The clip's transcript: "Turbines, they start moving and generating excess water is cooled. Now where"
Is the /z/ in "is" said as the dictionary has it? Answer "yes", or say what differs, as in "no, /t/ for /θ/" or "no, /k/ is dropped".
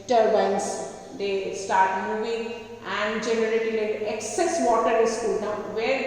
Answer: no, /s/ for /z/